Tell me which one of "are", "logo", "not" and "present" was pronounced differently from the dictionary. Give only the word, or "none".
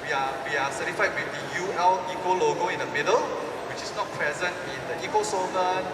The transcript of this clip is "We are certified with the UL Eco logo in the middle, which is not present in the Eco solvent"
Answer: are